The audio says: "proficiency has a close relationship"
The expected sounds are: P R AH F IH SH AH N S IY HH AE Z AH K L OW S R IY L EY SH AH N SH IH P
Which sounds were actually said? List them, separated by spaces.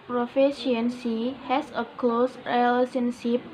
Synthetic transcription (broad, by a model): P R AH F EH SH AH N S IY HH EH S AH K L OW S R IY L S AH N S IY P